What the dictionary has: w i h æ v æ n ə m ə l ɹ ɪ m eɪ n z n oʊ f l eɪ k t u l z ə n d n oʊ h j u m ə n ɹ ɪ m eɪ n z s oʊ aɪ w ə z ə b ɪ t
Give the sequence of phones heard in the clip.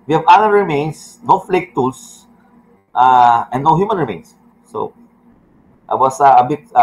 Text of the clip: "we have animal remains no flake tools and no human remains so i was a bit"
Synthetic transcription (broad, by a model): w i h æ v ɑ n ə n ɹ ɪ m eɪ n s n oʊ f l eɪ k t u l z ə n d n oʊ h j u m ə n ɹ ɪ m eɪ n s oʊ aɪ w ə s ə b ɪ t